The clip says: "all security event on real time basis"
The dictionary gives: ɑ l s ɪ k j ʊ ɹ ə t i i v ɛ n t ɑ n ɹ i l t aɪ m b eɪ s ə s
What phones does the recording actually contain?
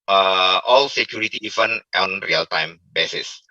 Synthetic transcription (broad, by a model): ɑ l s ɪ k j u ɹ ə t i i f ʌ n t ɑ n ɹ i l t aɪ m b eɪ s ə s